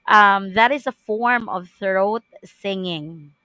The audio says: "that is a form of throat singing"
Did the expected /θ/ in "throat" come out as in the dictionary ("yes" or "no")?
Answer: yes